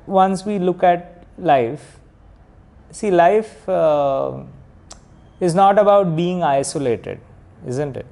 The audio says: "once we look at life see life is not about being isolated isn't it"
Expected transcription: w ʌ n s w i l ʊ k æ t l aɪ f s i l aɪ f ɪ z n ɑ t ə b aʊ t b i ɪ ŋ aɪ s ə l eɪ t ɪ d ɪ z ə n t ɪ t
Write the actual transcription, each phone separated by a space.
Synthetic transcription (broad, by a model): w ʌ n s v i l ʊ k æ t l aɪ f s i l aɪ f ɪ z n ɑ t ə b aʊ t b i ɪ ŋ aɪ s ə l eɪ t ɪ d ɪ z ə n t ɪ t